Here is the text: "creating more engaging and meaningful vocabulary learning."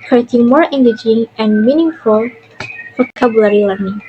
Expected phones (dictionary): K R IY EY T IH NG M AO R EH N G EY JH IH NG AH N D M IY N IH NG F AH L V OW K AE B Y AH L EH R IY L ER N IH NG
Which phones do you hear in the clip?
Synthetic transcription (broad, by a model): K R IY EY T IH NG M AO R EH N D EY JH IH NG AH N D M IY N IH NG F AH L F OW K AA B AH L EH R IY L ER N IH NG